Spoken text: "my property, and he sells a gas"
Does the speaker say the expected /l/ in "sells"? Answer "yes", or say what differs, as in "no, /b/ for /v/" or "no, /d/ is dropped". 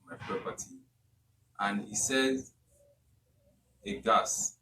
no, /l/ is dropped